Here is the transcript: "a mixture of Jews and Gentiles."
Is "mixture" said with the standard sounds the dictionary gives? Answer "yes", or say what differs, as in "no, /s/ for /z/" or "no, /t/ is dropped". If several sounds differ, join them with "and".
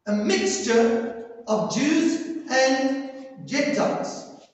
yes